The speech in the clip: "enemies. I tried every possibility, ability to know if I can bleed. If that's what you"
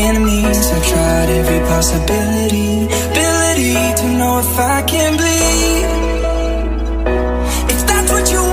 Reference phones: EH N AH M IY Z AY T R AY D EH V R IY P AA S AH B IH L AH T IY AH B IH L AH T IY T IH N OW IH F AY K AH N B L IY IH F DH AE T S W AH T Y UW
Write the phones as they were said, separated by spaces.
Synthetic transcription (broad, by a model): EH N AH M IY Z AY T R AY D EH V R IY P AA S AH B IH L AH T IY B IH L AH T IY T IH N OW IH F AY K AH N B IY IH F DH AE T S W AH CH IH